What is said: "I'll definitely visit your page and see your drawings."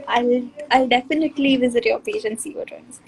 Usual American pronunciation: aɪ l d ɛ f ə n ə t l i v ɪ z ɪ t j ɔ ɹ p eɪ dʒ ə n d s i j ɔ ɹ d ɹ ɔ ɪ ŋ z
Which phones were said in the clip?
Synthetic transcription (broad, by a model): aɪ l d ɛ f ə n ə t l i v ɪ z ɪ t j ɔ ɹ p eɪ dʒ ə n s i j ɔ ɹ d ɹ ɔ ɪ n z